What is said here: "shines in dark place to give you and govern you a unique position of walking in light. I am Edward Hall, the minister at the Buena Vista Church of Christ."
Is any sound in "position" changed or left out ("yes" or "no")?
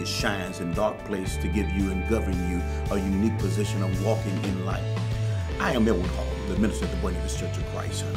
no